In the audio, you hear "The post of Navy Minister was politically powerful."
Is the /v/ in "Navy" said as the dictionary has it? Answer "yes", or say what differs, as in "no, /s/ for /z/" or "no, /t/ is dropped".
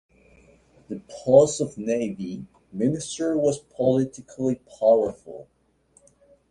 yes